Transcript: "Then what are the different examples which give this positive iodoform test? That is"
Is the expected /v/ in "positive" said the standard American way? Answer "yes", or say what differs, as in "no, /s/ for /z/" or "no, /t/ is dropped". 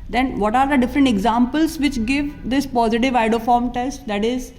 yes